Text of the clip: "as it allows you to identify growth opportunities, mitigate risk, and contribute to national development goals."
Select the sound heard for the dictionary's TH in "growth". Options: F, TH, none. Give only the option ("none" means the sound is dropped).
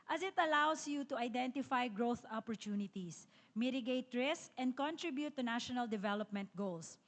TH